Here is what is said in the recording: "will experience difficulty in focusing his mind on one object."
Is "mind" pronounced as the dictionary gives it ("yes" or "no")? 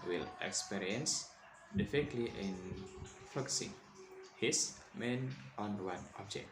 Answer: no